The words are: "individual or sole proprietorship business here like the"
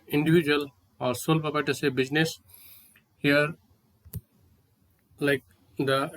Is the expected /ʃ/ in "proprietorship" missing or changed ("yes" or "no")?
yes